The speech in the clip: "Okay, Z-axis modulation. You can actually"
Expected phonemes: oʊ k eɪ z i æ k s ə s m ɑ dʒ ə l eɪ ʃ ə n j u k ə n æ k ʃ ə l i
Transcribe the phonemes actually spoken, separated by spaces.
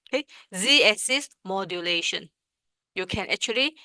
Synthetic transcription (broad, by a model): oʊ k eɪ z i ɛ s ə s m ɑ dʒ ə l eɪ ʃ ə n j u k ə n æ k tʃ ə l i